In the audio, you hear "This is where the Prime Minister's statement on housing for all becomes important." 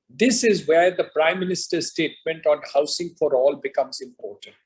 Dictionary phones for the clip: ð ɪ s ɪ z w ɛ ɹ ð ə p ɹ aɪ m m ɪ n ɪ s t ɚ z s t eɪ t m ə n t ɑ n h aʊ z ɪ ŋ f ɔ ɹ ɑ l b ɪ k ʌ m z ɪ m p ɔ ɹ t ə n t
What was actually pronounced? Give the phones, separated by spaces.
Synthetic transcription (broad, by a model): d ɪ s ɪ z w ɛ ɹ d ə p ɹ aɪ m m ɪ n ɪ s t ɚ s t eɪ t m ə n t ɑ n h aʊ s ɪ ŋ f ɔ ɹ ɑ l b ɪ k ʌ m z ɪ m p ɔ ɹ t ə n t